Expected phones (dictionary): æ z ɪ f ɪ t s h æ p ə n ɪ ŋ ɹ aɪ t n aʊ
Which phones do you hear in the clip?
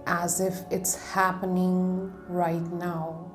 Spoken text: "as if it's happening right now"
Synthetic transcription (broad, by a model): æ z ɪ f ɪ t s h æ p ə n ɪ ŋ ɹ aɪ t n aʊ